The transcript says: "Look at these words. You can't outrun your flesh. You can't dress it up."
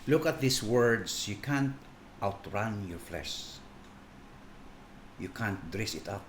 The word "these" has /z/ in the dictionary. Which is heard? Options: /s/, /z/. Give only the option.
/s/